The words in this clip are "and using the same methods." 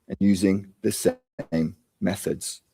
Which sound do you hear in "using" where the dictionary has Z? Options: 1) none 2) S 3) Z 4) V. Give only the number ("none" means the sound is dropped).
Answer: 3